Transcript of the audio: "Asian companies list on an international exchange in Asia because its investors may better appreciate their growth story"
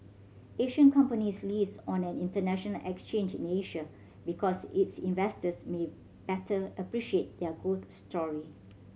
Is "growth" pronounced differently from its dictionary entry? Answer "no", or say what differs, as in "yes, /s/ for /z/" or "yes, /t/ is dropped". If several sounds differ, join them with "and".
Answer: yes, /ɹ/ is dropped